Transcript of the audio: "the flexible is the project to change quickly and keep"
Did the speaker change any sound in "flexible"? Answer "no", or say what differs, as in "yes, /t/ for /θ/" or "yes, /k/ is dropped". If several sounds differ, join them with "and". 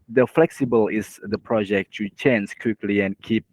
no